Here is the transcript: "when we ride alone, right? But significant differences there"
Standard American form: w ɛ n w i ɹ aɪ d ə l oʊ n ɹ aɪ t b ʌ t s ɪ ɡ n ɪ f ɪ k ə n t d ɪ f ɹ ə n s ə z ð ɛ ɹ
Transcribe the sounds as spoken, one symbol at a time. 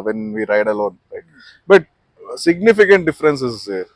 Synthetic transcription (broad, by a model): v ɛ n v i ɹ aɪ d ə l oʊ n l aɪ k b ʌ t s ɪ ɡ n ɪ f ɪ k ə n t d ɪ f ɹ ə n s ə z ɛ